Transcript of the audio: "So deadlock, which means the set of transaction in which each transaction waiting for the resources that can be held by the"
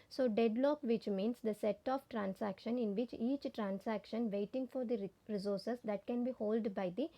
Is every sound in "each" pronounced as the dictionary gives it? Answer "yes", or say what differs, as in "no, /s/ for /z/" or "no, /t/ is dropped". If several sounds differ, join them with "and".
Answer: yes